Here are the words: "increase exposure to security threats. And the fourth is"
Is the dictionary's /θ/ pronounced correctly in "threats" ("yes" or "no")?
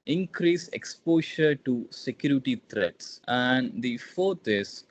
no